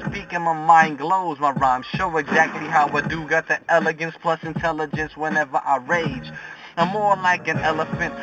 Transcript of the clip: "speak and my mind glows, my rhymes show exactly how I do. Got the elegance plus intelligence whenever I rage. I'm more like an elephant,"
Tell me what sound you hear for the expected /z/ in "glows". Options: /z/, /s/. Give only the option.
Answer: /z/